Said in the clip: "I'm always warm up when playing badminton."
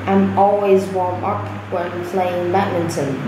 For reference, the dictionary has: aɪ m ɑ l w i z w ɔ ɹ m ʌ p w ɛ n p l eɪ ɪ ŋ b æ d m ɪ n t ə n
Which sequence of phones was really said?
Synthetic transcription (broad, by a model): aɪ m ɑ l w i z w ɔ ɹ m ʌ p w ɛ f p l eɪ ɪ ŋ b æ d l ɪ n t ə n